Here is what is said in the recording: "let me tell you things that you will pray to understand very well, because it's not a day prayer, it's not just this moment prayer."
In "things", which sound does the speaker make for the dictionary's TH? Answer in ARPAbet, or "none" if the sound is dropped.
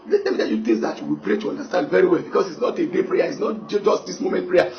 T